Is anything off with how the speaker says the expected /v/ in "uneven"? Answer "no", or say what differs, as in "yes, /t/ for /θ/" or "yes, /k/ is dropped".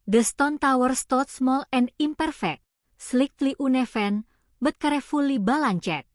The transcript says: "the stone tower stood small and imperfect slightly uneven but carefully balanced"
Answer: yes, /f/ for /v/